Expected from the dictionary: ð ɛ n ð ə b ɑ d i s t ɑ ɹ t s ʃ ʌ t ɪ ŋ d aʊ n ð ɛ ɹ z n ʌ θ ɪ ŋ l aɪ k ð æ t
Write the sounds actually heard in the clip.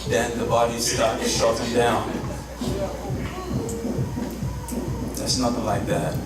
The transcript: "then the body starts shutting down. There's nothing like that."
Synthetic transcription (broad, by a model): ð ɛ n ð ə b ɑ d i s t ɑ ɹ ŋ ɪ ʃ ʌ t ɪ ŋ d aʊ n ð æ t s n ʌ θ ɪ ŋ l aɪ k ð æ t